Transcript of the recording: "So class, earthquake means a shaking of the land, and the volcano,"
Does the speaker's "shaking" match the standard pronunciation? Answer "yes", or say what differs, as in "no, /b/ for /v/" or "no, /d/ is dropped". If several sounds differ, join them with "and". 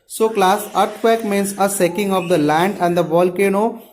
no, /s/ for /ʃ/